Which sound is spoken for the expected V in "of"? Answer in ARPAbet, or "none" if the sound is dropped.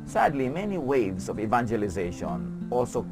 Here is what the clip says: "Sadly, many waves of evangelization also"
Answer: V